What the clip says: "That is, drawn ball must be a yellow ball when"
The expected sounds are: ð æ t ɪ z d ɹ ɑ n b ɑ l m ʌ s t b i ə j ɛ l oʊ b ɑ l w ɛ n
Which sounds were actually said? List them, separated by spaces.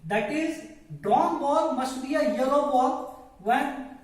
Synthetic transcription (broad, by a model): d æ t ɪ z d ɑ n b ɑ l m ʌ s t b i ə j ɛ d oʊ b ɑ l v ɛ n